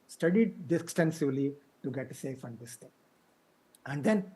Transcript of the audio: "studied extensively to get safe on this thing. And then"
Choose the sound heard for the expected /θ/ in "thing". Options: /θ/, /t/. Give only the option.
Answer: /t/